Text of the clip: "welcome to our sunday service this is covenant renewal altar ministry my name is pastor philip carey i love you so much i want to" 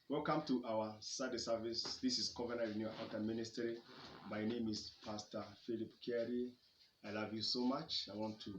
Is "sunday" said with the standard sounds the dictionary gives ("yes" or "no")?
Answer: no